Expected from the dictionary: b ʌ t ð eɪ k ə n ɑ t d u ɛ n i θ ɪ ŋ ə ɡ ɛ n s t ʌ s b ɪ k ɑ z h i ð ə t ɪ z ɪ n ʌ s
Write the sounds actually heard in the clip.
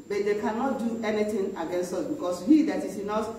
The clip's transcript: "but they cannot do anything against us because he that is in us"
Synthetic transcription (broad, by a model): b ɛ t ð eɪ k ə n ɑ t d u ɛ n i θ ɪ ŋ ə ɡ ɛ n s t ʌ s b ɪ k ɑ s h i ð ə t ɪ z ɪ n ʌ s